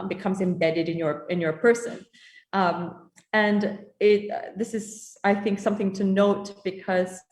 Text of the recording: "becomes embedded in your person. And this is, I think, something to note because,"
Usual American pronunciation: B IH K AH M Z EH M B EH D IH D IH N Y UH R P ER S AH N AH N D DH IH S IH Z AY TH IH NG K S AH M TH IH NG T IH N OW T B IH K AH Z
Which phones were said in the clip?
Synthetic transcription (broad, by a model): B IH K AH M Z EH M B EH D IH D IH N Y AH R P ER S AH N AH N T DH IH S IH Z AY TH IH NG K S AH M TH IH NG T IH N OW T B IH K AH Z